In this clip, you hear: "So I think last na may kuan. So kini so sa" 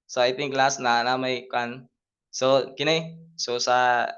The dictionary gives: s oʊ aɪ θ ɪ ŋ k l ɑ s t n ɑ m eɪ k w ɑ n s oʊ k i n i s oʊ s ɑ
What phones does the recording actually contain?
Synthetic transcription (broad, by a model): s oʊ aɪ t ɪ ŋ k l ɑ s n n ɑ m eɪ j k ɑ n s oʊ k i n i s oʊ s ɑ